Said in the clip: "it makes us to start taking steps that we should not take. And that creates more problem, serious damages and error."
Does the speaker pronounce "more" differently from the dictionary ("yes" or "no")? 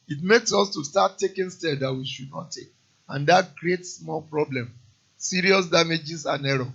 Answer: yes